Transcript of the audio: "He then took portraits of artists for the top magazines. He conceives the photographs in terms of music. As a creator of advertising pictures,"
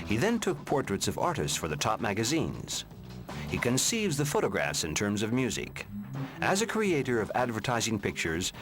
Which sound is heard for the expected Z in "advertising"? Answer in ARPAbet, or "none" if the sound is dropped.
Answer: Z